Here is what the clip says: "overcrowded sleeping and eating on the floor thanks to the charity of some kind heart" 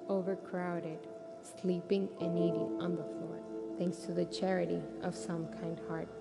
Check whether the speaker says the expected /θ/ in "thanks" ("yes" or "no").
yes